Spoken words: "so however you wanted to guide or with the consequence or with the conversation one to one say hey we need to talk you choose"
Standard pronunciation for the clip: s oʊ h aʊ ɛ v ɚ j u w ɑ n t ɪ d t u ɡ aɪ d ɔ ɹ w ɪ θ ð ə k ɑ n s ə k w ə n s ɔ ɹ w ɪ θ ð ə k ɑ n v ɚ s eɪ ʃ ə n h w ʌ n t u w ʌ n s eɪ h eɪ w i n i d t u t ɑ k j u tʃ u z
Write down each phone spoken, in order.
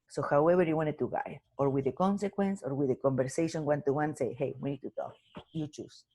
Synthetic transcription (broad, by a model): s oʊ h aʊ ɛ b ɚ j u w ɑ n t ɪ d t u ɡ aɪ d ɔ ɹ w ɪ ð ə k ɑ n s ə k w ə n s ɔ ɹ w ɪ ð ə k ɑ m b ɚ s eɪ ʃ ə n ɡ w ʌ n t u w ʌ n s eɪ h eɪ w i n i d t u t ɑ k j u tʃ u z